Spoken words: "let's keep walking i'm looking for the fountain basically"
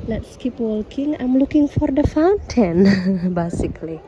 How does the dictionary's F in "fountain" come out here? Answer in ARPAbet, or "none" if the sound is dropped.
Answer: F